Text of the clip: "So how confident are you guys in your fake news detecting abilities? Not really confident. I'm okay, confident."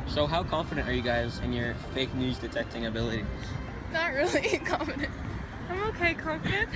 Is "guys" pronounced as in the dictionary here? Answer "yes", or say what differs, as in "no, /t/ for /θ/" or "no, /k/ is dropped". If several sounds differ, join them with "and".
yes